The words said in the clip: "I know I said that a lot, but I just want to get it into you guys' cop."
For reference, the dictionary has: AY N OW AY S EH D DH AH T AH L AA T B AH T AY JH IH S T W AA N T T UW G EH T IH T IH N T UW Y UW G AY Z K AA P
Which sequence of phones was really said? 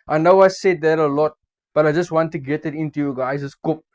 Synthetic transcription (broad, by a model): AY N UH AY S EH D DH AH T AH L AA T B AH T AY JH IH S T W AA N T T UW G EH T IH T IH N T UW Y UW G AY S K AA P